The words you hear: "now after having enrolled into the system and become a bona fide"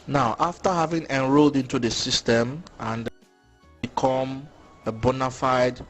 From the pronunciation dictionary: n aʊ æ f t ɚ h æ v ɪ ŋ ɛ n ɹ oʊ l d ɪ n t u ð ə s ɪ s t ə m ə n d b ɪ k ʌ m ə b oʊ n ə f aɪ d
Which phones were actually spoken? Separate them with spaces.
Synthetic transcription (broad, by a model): n aʊ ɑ f t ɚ h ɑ v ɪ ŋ ɛ n ɹ oʊ l d ɪ n t u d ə s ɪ s t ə m ə n d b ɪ k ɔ m ə b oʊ n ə f aɪ d